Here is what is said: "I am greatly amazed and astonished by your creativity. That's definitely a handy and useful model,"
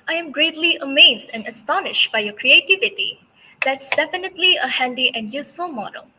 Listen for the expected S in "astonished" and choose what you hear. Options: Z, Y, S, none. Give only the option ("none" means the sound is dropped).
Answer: S